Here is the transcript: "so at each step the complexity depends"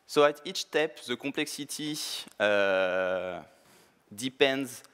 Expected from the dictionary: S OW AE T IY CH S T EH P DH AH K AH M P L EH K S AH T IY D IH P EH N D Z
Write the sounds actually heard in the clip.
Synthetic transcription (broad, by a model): S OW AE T IY CH T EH P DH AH K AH P L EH K S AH T IY D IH P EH N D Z